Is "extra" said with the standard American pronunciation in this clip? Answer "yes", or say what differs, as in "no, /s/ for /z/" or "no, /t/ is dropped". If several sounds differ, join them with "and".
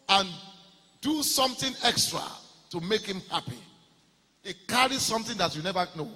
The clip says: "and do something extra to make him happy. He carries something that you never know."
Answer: yes